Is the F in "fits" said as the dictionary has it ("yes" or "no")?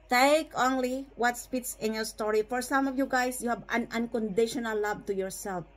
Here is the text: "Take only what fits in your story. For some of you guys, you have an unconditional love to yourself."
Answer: no